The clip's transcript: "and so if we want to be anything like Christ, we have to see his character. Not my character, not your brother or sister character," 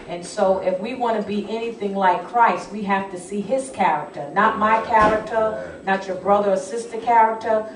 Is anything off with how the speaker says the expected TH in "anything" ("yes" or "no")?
no